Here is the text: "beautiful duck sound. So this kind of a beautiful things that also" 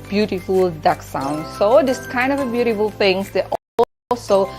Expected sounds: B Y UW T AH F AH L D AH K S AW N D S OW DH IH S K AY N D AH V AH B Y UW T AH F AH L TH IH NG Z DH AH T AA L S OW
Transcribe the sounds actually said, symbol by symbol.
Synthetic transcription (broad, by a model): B Y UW T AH F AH L D AH K S AW N D S OW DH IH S K AY N D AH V AH B Y UW T AH F AH L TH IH NG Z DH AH T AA L S OW